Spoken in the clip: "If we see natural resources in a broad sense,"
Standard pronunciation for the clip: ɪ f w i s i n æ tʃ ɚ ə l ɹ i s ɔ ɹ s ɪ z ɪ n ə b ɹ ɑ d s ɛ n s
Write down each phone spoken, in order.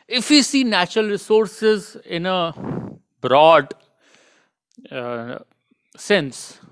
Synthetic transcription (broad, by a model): ɪ f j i s i n æ tʃ ɚ ə l ɹ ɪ s ɔ ɹ s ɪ z ɪ n ə b ɹ ɑ d s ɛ n s